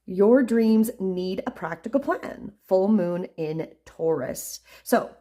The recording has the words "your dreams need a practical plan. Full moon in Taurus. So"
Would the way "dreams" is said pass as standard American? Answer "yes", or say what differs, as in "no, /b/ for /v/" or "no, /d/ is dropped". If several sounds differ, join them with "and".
yes